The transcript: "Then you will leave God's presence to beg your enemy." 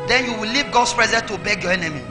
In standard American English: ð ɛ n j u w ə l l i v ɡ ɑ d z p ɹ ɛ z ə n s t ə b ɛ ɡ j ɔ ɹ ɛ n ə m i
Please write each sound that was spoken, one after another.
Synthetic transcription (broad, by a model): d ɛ n j u w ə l l i v ɡ ɑ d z p ɹ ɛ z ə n t ə b ɛ ɡ j ɔ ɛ n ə m i